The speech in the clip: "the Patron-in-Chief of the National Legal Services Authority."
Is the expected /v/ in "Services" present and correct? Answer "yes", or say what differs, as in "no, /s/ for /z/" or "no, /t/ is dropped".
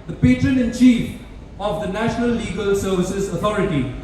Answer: yes